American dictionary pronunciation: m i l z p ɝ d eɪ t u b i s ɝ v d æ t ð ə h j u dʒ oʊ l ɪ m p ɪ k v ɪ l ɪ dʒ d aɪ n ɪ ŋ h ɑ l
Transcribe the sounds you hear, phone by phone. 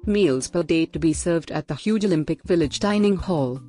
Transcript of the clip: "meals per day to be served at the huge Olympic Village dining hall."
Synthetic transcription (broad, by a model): m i l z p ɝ d eɪ t u b i s ɝ v d æ t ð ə h j u dʒ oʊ l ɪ m p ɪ k v ɪ l ɪ dʒ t aɪ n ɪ ŋ h ɑ l